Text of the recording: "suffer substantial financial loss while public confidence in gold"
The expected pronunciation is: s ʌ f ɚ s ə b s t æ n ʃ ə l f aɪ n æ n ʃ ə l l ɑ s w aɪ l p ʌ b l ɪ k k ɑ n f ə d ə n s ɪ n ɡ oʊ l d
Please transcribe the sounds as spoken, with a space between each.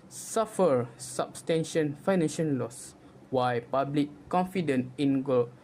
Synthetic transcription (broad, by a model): s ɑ f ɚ s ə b s t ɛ n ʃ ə n f aɪ n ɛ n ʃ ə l l ɑ s w aɪ p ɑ b l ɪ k k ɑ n f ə d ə n ɪ n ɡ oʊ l